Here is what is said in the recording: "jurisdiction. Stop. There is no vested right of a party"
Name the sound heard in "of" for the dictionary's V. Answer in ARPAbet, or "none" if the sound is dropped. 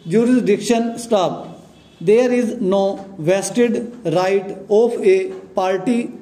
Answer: P